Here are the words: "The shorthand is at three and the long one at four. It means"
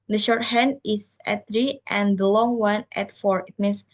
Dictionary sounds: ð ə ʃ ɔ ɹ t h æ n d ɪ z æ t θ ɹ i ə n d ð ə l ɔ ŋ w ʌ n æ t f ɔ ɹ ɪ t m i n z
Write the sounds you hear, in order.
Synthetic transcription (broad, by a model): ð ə ʃ ɔ ɹ t h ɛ n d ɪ s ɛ t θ ɹ i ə n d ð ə l ɔ ŋ w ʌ n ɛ t f ɔ ɹ ɪ t m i n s